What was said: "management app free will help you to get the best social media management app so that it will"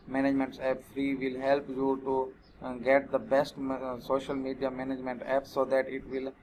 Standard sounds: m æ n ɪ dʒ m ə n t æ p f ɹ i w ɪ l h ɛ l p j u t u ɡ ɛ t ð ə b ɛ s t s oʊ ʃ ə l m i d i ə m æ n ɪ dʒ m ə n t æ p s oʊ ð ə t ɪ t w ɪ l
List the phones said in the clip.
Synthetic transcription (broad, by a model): m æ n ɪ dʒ m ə n t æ p f ɹ i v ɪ l h ɛ l p j u t u ɡ ɛ t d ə b ɛ s t s oʊ ʃ ə l m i d i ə m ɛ n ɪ dʒ m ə n t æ p s oʊ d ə t ɪ t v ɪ l